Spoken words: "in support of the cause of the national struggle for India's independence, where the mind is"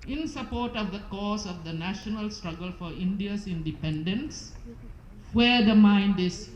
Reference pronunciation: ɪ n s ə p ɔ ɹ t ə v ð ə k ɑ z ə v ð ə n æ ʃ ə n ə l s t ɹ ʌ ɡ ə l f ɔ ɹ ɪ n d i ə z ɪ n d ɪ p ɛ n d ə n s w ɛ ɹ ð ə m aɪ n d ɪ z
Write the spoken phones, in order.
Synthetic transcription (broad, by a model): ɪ n s ə p ɔ ɹ t ə v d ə k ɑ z ə v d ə n æ ʃ ə n ə l s t ɹ ʌ ɡ ə l f ɔ ɹ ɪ n d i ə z ɪ n d ɪ p ɛ n d ə n s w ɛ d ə m aɪ n d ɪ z